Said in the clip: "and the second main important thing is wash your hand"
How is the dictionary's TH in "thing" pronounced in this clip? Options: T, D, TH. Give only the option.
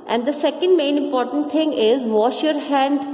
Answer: T